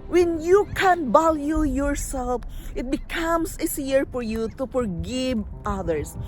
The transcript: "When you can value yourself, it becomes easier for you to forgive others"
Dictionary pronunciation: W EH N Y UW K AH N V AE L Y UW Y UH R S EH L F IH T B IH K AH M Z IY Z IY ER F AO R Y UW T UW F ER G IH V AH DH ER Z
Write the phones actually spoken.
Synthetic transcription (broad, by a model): W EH N Y UW K AH N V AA L Y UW Y UH R S EH L F IH T B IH K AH M S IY S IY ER F AO R Y UW T UW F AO G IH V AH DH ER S